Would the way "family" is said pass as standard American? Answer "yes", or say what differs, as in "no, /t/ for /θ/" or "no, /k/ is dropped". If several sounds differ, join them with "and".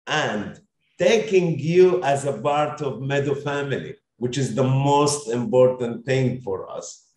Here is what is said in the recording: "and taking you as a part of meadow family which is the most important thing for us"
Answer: yes